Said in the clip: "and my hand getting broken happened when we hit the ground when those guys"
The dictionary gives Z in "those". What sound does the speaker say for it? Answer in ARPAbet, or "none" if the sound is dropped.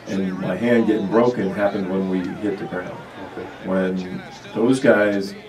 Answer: Z